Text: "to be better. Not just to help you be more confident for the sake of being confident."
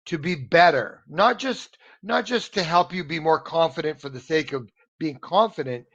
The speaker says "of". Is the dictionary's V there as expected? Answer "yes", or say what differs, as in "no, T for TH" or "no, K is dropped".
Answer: yes